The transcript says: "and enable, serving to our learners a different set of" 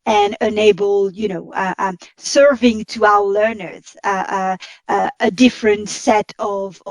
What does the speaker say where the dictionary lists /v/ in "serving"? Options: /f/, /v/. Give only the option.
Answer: /v/